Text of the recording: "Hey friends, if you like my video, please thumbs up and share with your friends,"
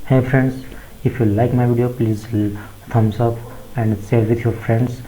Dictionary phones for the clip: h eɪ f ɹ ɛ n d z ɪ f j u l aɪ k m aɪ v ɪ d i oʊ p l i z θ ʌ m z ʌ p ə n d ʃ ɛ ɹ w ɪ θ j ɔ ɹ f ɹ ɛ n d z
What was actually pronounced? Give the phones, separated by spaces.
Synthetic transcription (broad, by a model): h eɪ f ɹ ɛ n d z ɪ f j u l aɪ k m aɪ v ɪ d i oʊ p l i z t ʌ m s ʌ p ə n d s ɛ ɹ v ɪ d j ɔ ɹ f ɹ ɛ n d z